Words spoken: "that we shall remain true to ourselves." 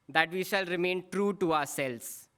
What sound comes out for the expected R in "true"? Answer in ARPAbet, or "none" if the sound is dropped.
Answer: R